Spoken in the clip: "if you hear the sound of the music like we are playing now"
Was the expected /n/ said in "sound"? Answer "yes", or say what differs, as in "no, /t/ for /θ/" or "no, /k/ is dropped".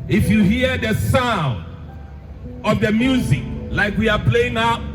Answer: yes